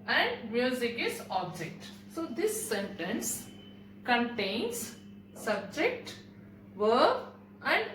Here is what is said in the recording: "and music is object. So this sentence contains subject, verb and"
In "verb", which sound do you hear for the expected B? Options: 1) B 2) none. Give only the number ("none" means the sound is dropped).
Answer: 2